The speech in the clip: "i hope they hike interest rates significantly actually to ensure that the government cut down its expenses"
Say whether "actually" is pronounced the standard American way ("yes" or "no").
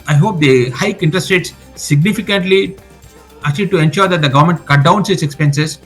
no